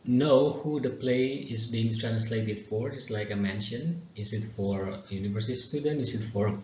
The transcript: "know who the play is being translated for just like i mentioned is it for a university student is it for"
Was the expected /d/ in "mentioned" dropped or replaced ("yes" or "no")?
yes